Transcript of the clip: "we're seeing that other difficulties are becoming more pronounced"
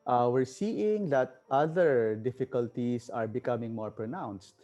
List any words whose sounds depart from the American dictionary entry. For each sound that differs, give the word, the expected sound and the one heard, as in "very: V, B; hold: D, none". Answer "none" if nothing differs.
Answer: difficulties: Z, S